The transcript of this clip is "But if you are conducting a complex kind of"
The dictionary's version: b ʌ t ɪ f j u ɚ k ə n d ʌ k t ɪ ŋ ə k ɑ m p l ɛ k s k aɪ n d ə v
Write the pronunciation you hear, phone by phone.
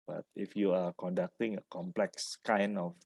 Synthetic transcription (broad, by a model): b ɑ t ɪ f j u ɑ k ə n d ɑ k t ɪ ŋ ə k ɑ m p l ɛ k s k aɪ n ə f